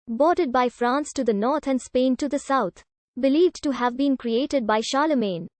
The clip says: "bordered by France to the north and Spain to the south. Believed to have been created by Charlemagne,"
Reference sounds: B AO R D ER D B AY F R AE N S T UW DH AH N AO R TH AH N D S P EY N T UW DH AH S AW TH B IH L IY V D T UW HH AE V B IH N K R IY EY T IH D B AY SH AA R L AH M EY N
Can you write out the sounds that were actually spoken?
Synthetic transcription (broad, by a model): B AO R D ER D B AY F R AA N S T UW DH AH N AO R T AH N D S P EY N T UW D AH S AW T B IH L IY V D T UW HH AE V B IH N K R IY EY T IH D B AY SH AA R L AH M EY N